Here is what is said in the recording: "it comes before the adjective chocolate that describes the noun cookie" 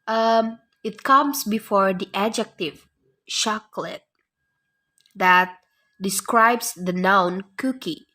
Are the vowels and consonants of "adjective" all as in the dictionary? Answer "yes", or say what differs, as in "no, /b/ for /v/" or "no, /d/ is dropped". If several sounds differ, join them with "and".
yes